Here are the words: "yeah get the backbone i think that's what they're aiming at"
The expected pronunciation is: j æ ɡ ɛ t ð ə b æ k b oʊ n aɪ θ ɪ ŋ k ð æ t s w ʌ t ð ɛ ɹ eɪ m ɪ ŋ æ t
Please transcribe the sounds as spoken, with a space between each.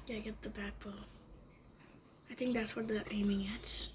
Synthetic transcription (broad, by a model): j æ ɡ ɛ t ð ə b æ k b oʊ l aɪ θ ɪ ŋ k ð æ t s w ʌ t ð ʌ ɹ eɪ m ɪ ŋ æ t